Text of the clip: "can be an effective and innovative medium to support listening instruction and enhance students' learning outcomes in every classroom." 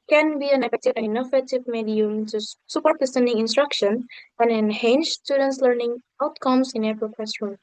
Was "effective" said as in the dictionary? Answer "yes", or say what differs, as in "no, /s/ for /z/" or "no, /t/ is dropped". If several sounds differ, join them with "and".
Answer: no, /k/ is dropped